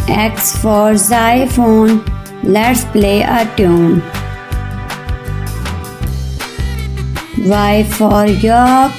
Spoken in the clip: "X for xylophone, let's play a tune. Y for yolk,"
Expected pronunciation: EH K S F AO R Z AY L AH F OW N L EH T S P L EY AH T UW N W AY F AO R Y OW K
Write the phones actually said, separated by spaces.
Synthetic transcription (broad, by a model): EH K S F AO R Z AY AH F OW N L EH T S P L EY AH T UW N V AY F AO R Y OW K